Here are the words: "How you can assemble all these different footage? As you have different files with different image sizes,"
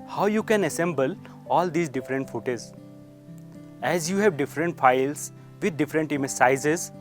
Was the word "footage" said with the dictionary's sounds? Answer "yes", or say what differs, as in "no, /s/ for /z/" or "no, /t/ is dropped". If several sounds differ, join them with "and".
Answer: no, /z/ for /dʒ/